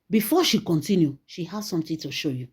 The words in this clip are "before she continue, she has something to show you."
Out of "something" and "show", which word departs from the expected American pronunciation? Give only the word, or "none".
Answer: something